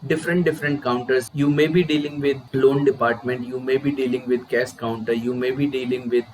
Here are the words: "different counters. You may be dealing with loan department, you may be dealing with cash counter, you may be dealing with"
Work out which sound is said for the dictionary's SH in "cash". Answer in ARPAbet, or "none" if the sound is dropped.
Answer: S